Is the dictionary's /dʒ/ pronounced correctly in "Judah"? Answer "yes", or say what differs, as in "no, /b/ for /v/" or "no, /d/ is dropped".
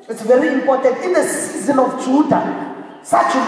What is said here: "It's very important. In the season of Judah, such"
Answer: no, /tʃ/ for /dʒ/